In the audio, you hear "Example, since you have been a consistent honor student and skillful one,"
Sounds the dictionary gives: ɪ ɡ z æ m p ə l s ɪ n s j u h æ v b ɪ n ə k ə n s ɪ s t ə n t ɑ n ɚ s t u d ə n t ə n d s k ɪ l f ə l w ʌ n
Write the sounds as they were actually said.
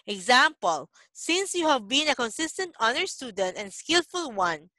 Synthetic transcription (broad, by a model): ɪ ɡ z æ m p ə l s ɪ n s j u h æ v b ɪ n ə k ə n s ɪ s t ə n t ɑ n ɚ s t u d ə n t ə n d s k ɪ l f ə l w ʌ n